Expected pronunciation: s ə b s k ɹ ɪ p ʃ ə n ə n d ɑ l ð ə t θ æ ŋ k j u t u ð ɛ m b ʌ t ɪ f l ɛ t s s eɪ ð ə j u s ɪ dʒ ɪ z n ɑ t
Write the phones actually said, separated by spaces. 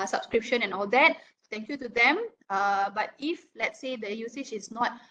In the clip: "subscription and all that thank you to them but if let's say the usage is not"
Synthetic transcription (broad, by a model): s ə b s k ɹ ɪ p ʃ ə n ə n ɑ l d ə t s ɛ ŋ k j u t u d ɛ m b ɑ t ɪ f l ɛ t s s eɪ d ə j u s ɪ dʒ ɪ s n ɑ t